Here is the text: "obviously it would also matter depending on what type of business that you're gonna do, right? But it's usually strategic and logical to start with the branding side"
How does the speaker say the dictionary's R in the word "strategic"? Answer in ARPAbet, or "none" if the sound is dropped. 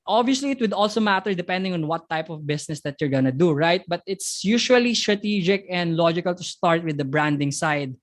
R